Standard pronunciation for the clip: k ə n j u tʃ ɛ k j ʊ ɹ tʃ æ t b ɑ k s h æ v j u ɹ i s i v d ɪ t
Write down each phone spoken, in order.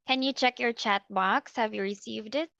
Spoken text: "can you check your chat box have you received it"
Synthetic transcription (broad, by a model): k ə n j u tʃ ɛ k j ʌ ɹ tʃ æ t b ɑ k s h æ v j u ɹ i s i v d ɪ t